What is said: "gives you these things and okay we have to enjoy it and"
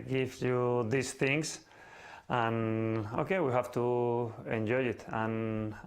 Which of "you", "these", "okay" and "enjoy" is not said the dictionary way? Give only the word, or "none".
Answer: these